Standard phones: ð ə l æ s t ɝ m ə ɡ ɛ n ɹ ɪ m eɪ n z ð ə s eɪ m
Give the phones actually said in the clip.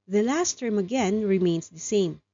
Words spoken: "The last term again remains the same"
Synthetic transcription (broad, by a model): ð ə l æ s t ɝ m ə ɡ ɛ n ɹ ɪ m eɪ n s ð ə s eɪ m